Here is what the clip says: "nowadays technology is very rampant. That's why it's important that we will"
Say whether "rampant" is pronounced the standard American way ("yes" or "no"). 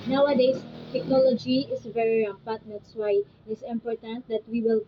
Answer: no